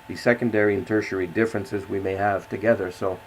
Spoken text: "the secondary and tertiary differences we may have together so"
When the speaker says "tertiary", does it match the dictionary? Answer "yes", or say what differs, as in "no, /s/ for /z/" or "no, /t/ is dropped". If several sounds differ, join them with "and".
yes